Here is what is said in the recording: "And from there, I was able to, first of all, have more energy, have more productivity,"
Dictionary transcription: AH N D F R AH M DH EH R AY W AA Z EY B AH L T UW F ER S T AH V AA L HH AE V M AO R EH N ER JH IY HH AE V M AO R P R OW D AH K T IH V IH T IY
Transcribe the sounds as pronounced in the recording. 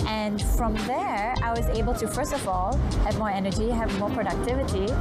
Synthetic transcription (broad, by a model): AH N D F R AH M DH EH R AY W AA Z EY B AH L T UW F ER S T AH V AA L HH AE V M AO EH N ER JH IY HH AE V M AO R P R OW D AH K T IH V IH T IY